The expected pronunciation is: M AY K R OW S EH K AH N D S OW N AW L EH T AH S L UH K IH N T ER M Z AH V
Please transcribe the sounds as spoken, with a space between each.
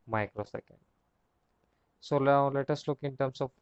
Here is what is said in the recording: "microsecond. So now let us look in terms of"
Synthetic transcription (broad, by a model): M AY K R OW S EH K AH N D S OW L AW L EH T AH S L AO K IH N T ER M S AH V